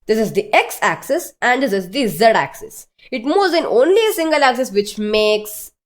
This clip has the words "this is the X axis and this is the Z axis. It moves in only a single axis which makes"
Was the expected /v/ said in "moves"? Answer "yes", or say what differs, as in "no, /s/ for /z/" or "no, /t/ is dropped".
no, /v/ is dropped